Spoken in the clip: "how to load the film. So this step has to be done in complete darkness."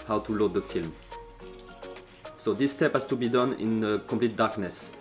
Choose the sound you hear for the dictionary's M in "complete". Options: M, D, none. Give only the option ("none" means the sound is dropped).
none